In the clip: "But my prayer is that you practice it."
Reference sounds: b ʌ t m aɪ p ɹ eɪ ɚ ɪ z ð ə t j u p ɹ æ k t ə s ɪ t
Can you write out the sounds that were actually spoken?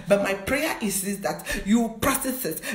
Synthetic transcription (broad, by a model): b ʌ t m aɪ p ɹ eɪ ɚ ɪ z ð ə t j u p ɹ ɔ t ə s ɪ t